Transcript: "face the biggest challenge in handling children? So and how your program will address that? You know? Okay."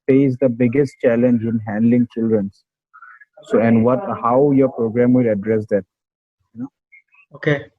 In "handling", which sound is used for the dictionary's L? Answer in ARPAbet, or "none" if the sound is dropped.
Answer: L